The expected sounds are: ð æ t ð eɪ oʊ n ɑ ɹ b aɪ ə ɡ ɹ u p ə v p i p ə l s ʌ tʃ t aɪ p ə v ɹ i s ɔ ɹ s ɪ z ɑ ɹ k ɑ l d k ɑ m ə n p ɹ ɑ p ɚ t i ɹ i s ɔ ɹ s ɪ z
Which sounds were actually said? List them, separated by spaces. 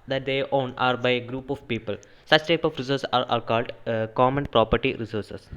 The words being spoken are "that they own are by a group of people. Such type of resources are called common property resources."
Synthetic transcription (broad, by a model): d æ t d eɪ oʊ n ɑ ɹ b aɪ ə ɡ ɹ u p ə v p i p ə l s ʌ tʃ t aɪ p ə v ɹ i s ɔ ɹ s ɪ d ɑ ɹ k ɑ l d k ɑ m ə n p ɹ ɑ p ɚ t i ɹ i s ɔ ɹ s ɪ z